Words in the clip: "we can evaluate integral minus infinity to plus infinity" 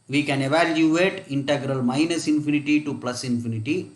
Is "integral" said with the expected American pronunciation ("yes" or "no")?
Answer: yes